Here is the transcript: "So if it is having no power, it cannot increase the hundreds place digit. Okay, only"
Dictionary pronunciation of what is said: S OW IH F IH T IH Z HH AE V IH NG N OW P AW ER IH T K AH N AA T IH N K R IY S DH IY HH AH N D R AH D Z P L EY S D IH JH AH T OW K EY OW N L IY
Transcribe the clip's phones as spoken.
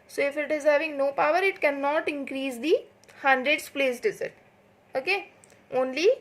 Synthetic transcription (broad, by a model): S OW IH F IH T IH Z HH AE V IH NG N OW P AW ER IH T K AH N AA T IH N K R IY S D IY HH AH N D R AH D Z P L EY S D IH Z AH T OW K EY OW N L IY